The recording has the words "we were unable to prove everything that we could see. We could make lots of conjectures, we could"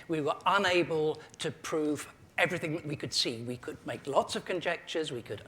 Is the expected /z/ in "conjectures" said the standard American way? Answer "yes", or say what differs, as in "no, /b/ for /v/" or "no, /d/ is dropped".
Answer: yes